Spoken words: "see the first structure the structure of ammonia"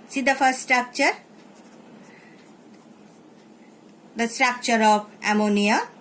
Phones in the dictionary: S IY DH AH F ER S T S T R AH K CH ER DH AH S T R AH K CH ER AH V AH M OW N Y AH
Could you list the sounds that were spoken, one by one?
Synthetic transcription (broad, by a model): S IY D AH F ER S S T R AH K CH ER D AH S T R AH K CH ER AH P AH M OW N Y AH